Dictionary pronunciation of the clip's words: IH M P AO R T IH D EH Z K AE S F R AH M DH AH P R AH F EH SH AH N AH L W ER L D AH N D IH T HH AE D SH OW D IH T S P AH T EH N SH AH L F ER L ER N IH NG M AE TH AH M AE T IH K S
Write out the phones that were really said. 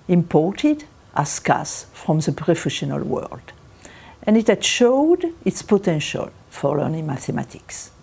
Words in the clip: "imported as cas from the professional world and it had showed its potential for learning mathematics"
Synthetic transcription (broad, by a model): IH M P AO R T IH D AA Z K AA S F R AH M DH AH P R AH F EH SH AH N AH L W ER L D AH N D IH T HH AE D SH OW D IH T S P AH T EH N SH AH L F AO L ER N IH NG M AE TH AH M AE T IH K S